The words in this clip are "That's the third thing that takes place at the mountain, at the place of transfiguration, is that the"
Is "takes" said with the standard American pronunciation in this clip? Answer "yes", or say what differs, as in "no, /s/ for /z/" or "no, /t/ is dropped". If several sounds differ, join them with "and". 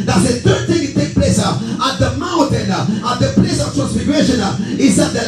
no, /s/ is dropped